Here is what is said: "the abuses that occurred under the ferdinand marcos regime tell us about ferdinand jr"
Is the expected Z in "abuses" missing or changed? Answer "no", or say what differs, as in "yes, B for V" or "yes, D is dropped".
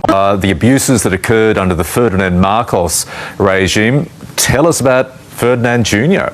no